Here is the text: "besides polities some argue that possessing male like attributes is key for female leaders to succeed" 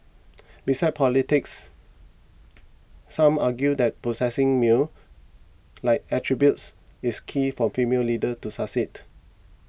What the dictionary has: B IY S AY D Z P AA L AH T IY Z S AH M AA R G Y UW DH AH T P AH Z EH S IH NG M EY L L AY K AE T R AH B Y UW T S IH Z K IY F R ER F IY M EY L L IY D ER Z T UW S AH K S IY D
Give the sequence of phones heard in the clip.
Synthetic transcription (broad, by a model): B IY S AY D P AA L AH T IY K S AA M AA G Y UW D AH T P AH S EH S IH NG M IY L L AY K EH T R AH B Y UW T S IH S K IY F R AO F IY M EY L L IY D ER T UW S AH S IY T